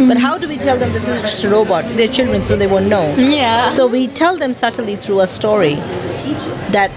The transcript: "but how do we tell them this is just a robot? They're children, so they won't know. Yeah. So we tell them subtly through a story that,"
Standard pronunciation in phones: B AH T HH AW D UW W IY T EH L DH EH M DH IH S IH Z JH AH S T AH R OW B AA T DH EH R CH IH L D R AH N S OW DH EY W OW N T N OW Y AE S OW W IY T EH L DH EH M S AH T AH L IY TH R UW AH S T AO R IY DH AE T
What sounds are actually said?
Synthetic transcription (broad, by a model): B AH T HH AW D UW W IY T EH L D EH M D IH S IH Z JH AH S T AH R OW B AA T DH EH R CH IH L D R AH N S OW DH EY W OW N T N OW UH S OW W IY T EH L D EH M S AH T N L IY T R UW AH S T AO R IY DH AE T